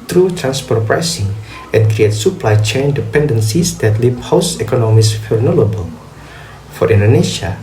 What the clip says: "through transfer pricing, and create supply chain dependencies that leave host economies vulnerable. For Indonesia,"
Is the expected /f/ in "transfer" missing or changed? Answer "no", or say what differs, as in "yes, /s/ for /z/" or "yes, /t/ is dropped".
yes, /p/ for /f/